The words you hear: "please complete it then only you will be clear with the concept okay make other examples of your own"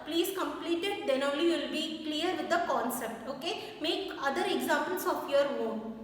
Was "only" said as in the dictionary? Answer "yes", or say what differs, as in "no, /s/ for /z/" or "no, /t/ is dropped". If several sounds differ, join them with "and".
no, /n/ is dropped